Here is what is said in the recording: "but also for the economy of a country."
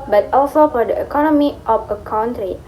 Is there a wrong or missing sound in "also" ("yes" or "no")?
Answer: no